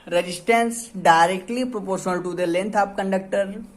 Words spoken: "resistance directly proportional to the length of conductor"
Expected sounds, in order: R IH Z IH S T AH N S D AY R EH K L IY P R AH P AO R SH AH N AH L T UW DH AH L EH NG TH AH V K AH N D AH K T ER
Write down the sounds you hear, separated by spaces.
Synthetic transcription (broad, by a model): R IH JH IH S T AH N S D AY R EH K L IY P R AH P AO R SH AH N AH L T UW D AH L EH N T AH P K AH N D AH K T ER